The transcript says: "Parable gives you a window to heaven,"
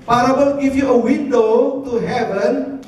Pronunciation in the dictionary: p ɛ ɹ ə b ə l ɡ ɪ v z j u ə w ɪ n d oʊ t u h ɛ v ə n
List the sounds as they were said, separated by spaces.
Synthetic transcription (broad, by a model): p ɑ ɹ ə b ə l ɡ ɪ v j u ə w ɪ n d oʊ t u h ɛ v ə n